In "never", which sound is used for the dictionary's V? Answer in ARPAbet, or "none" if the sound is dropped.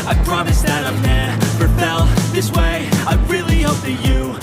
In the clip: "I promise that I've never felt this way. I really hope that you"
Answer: P